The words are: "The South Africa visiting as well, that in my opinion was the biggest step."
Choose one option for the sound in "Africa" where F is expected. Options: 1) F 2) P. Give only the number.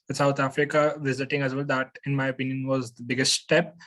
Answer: 1